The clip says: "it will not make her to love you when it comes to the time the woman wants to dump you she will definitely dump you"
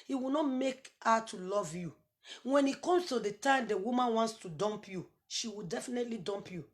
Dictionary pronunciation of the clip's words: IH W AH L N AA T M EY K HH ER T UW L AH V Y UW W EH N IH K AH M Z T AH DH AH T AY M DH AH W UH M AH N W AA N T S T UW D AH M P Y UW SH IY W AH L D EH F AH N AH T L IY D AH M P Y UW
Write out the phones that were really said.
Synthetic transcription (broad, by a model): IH W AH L N AA T M EY K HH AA T UW L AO V Y UW W EH N IH K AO M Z T AH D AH T AY M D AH W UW M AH N W AA N T S T UW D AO M P Y UW SH IY W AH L D EH F AH N AH T L IY D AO M P Y UW